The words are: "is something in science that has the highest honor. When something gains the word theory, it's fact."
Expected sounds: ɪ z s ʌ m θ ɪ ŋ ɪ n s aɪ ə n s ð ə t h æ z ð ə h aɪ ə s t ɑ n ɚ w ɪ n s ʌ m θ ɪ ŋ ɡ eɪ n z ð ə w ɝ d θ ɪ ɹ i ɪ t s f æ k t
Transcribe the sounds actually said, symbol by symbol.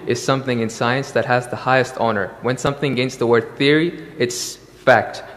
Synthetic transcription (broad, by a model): ɪ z s ʌ m θ ɪ ŋ ɪ n s aɪ ə n s ð ə t h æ z ð ə h aɪ ə s t ɑ n ɚ w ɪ n s ʌ m θ ɪ ŋ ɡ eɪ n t ð ə w ɝ d θ ɪ ɹ i ɪ t s f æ k t